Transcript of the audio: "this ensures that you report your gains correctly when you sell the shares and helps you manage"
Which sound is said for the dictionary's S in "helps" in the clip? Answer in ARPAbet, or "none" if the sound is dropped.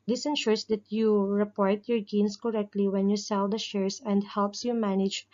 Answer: S